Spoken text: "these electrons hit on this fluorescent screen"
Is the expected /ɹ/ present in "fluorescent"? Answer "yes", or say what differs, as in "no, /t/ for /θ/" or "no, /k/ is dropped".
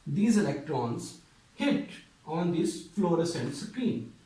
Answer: yes